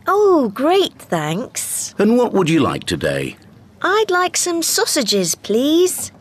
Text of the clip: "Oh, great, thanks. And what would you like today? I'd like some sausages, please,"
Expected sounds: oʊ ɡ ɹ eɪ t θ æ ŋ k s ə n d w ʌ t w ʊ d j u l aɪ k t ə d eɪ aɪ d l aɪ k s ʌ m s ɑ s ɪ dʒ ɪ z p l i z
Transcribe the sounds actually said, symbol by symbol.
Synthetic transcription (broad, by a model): oʊ ɡ ɹ eɪ t θ æ ŋ k s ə n w ʌ t w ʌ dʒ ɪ l aɪ k t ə d eɪ aɪ d l aɪ k s ʌ m s ɑ s ɪ dʒ ɪ z p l i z